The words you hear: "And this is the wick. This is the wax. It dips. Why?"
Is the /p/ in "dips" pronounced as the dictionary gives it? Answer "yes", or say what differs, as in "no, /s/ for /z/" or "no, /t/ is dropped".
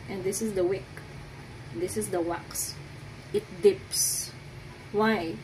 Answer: yes